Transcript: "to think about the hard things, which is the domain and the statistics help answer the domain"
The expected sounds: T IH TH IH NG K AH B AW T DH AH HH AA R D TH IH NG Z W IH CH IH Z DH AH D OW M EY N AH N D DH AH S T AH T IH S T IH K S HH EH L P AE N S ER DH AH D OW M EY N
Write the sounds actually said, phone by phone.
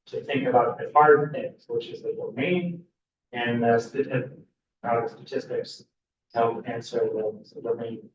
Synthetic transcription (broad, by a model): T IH TH IH NG K AH B AW T DH AH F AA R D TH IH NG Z W IH CH IH Z DH AH D OW M EY N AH N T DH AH S T AH T IH S T IH K S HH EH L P AE N S ER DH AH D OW M EY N